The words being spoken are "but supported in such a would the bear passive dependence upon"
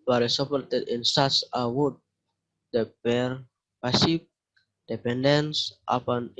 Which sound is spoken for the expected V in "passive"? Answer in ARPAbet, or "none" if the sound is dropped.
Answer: P